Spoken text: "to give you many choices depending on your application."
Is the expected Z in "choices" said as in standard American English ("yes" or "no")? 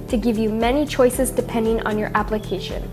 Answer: yes